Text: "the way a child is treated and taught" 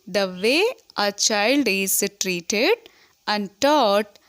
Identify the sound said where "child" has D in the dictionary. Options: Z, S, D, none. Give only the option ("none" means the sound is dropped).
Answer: D